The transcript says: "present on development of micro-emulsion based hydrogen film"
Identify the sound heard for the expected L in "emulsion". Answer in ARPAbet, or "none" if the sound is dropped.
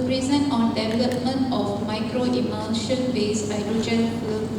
N